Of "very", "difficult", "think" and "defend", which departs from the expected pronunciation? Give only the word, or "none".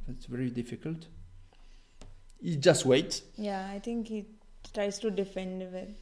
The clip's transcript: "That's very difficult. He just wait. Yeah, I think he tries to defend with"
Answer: think